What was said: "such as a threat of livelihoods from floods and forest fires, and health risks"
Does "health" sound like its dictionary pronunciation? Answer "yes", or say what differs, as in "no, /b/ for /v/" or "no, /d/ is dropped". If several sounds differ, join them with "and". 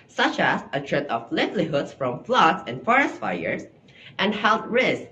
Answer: no, /t/ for /θ/